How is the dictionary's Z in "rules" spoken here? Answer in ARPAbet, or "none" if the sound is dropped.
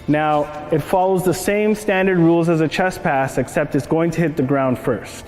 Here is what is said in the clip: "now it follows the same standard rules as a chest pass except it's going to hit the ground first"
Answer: Z